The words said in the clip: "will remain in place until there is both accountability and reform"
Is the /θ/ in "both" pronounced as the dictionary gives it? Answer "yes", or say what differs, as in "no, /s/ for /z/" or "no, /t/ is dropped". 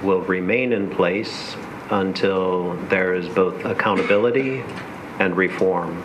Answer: yes